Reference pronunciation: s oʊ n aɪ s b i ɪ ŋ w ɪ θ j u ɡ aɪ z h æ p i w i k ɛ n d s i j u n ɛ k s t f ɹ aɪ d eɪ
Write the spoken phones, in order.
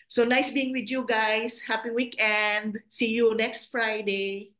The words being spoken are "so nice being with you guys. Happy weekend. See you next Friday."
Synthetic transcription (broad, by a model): s oʊ n aɪ s b i ɪ ŋ w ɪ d j u ɡ aɪ s h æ p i w i k ɛ n d s i j u n ɛ k s t f ɹ aɪ d eɪ